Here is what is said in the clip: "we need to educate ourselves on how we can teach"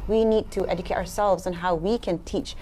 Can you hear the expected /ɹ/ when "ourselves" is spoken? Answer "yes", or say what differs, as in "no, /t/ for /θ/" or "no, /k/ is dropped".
yes